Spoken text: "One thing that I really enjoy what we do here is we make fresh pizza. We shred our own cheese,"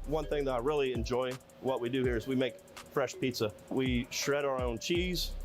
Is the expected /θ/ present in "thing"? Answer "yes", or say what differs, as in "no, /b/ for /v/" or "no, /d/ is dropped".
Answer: yes